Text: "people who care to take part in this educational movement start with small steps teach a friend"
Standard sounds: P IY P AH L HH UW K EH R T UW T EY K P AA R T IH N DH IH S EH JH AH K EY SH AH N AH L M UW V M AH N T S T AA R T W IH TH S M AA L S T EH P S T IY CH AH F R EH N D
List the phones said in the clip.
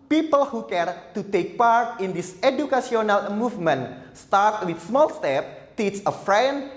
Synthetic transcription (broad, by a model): P IY P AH L HH UW K EH R T UW T EY K P AA R T IH N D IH S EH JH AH K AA S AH N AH L M UW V M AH N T S T AA R T W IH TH S M AA L S T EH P T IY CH AH F R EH N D